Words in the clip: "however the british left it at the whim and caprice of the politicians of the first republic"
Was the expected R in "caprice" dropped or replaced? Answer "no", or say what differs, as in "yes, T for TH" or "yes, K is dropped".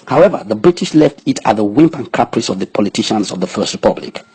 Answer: no